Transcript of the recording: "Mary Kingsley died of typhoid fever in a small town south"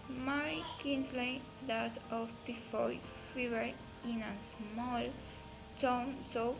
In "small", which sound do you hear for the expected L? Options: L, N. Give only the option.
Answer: L